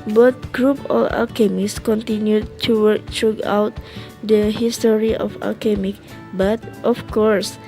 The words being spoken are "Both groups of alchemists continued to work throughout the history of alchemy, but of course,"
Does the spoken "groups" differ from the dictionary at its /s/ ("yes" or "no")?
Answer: yes